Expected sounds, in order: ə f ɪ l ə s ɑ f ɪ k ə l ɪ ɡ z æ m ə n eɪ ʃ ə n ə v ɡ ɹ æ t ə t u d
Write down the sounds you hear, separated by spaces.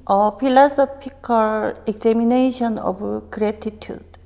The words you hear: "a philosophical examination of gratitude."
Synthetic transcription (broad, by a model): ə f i l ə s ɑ p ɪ k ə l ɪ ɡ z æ m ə n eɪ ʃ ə n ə b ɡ ɹ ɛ t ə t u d